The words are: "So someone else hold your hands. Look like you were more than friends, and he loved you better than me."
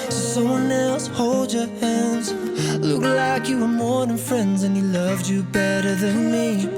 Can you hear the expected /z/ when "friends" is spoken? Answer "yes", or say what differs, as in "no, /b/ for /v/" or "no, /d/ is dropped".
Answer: yes